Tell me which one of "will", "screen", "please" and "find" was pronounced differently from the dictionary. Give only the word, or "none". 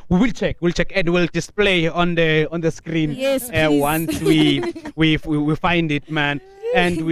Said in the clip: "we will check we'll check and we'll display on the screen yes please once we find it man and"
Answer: please